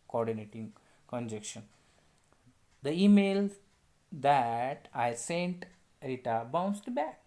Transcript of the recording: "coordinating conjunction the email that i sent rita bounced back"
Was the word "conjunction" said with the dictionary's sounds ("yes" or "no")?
no